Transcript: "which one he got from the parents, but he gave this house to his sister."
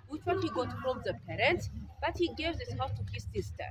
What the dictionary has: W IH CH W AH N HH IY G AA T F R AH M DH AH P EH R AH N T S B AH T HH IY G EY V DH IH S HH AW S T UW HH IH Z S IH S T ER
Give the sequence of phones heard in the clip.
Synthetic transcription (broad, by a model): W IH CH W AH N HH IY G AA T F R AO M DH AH P EH R AH N T S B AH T HH IY G EY V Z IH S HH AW T UW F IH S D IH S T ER